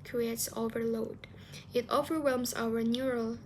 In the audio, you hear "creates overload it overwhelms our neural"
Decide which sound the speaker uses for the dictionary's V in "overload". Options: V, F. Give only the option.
V